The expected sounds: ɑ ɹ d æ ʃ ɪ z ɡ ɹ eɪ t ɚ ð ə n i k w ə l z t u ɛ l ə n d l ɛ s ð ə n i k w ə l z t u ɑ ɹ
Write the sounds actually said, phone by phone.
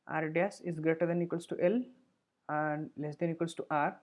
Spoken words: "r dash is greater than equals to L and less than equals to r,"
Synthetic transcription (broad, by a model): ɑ ɹ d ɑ s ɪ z ɡ ɹ eɪ t ɚ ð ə n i k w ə l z t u ɛ l ə n d l ɛ s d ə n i k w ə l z t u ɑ ɹ